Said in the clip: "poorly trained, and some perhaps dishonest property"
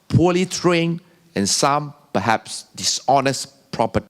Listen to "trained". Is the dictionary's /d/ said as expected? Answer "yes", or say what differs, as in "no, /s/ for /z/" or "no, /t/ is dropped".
no, /d/ is dropped